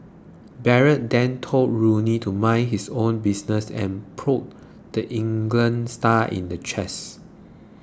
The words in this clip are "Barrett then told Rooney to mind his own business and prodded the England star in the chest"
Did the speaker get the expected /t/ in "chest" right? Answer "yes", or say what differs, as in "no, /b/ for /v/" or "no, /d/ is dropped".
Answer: no, /t/ is dropped